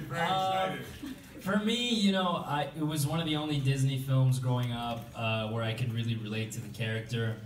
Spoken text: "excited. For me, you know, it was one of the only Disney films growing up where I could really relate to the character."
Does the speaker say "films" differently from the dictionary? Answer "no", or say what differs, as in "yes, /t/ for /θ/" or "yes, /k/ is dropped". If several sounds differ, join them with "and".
no